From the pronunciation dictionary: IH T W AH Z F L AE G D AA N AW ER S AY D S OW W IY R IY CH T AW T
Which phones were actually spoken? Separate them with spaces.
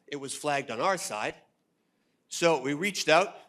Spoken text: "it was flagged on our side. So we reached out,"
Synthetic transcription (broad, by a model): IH T W AH Z F L AE G D N AW ER S AY D S OW W IY R IY CH T AW T